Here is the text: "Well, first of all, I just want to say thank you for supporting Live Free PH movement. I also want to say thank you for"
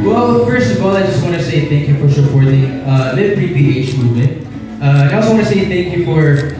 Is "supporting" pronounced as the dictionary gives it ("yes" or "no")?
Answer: no